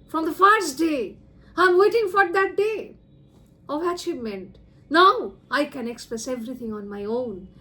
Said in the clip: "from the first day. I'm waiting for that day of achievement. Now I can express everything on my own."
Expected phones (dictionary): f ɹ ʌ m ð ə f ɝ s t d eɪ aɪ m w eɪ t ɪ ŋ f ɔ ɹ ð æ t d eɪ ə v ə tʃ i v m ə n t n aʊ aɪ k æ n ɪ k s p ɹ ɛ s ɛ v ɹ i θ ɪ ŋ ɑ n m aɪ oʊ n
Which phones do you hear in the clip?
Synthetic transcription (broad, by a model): f ɹ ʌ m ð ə f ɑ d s d eɪ aɪ m w eɪ t ɪ ŋ f ɔ ɹ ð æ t d eɪ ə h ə ʃ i m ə n t n aʊ aɪ k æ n ɪ k s p ɹ ɛ s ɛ v ɹ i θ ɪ ŋ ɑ n m aɪ oʊ n